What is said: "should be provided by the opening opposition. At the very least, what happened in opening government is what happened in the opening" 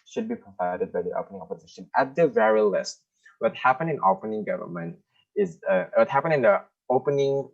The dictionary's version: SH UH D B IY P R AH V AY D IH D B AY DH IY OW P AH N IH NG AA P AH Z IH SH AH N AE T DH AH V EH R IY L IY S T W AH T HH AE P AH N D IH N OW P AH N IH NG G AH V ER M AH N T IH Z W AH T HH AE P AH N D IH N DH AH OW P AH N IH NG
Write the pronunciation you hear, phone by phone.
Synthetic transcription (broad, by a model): SH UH D B IY P R AH V AY D IH D B AY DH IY OW P AH N IH NG AA P AH Z IH SH AH N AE T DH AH V EH R IY L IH S T W AH T HH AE P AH N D IH N OW P AH N IH NG G AH V ER M AH N T IH Z W AH T HH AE P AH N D IH N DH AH OW P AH N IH NG